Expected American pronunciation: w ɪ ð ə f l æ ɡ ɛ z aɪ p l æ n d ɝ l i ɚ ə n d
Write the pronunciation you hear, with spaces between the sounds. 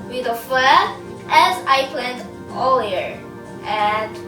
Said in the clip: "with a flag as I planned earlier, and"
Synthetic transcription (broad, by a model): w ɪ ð ə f æ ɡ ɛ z aɪ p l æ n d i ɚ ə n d